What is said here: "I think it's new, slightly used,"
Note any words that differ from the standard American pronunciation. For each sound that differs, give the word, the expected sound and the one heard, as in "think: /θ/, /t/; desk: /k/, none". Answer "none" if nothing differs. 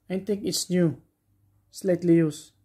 think: /θ/, /t/